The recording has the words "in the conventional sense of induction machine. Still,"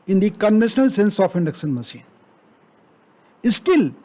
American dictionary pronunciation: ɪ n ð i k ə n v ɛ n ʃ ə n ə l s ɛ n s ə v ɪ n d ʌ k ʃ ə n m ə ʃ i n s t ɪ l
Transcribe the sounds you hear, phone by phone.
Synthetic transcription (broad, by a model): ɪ n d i k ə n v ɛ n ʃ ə n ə l s ɛ n s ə p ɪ n d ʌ k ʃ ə n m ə s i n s t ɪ l